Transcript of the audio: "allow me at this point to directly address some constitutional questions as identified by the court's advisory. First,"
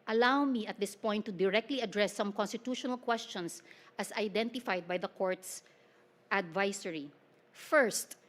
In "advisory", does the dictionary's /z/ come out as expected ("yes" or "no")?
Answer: no